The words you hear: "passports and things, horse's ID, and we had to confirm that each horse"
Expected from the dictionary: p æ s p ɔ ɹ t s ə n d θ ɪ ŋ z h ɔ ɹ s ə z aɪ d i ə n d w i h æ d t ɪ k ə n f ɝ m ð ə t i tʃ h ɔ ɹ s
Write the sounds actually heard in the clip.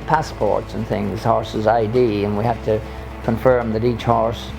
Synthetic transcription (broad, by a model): p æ s p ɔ ɹ t s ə n θ ɪ ŋ z h ɔ ɹ s ə z aɪ d i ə n w i h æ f t ɪ k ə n f ɝ m ð ə t i tʃ h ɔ ɹ s